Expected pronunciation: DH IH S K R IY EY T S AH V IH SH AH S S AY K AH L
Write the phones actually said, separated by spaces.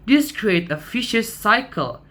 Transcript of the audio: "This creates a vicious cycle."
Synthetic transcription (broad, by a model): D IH S K R IY EY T AH F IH SH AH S S AY K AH L